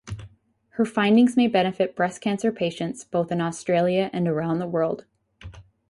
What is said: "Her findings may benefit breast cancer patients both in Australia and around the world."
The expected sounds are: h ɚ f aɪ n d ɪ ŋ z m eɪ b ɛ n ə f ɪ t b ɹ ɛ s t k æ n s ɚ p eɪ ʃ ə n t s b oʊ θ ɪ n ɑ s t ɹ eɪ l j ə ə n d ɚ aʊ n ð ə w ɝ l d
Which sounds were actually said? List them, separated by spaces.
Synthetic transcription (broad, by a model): h ɚ f aɪ n d ɪ ŋ z m eɪ b ɛ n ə f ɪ t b ɹ ɛ s k æ n s ɚ p eɪ ʃ ə n t s b oʊ θ ɪ n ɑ s t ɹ eɪ l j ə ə n ɚ aʊ n ð ə w ɝ l d